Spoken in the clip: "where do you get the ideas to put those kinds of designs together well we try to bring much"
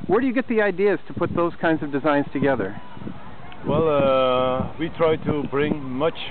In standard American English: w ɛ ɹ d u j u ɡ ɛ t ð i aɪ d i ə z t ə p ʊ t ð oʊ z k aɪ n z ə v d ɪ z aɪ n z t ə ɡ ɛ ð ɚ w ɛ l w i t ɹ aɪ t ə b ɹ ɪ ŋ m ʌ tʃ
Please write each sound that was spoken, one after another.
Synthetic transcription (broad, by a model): w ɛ ɹ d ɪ j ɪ ɡ ɛ t ð i aɪ d i ə z t ə p ʊ t ð oʊ z k aɪ n z ə v d ɪ z aɪ n z t ə ɡ ɛ ð ɚ w ɛ l w i t ɹ aɪ t ə b ɹ ɪ ŋ m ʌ tʃ